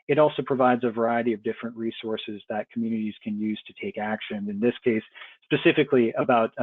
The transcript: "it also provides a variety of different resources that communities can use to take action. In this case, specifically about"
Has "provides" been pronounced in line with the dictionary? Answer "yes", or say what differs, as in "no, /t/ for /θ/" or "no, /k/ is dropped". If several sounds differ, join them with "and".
yes